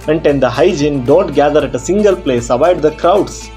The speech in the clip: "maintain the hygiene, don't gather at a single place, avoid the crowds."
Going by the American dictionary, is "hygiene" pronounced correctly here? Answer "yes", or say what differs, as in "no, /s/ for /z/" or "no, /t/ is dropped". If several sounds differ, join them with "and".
yes